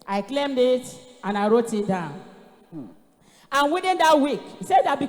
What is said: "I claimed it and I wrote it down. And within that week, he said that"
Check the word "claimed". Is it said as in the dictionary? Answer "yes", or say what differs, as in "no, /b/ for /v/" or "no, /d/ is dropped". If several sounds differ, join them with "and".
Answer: yes